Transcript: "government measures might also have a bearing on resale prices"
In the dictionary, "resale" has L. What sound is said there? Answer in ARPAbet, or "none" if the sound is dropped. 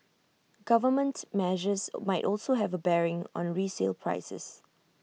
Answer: L